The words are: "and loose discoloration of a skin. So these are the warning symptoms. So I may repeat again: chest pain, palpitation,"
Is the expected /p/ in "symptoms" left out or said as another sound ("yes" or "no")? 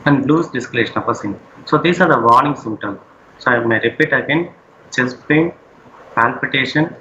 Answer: yes